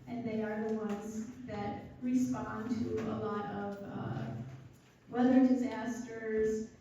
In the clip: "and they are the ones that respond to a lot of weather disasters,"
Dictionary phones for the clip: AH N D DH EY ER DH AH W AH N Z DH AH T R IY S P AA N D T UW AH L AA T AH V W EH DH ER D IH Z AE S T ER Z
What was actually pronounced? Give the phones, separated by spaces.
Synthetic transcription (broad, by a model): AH N DH EY ER DH AH W AH N Z DH AH T R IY S P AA N T UW AH L AA T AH V W EH DH ER D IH Z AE S T ER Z